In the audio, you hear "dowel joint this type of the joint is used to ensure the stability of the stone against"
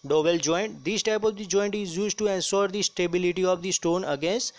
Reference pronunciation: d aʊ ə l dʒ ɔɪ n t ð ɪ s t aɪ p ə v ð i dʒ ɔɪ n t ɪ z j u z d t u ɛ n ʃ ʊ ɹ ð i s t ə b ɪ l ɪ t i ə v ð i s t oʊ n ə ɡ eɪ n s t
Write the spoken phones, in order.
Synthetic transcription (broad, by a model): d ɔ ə l dʒ ɔɪ n t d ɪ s t aɪ p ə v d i dʒ ɔɪ n t ɪ z j u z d t u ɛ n s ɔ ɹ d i s t ə b ɪ l ɪ t i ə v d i s t oʊ n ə ɡ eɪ n s t